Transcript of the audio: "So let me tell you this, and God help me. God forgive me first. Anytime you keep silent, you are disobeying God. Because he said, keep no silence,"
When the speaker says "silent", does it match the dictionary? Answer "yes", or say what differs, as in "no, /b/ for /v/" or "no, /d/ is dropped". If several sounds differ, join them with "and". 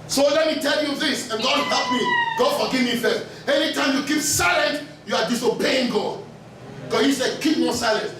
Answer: yes